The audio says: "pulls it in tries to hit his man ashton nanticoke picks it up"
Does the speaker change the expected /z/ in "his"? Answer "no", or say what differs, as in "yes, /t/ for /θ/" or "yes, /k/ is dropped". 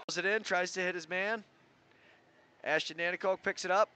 no